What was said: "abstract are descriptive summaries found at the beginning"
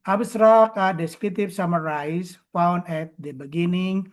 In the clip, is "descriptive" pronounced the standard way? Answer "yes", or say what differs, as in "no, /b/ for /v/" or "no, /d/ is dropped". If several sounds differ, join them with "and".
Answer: no, /p/ is dropped